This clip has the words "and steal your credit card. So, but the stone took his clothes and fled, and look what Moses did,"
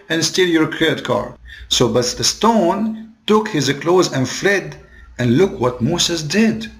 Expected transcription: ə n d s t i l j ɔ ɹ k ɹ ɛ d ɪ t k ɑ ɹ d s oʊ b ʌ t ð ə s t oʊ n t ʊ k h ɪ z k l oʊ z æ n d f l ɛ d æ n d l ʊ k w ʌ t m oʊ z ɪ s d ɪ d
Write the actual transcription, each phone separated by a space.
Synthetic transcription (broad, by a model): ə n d s t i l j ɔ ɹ k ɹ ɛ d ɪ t k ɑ ɹ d s oʊ b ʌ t ð ə s t oʊ n t ʊ k h ɪ z k l oʊ z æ n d f l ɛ d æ n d l ʊ k w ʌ t m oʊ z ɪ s d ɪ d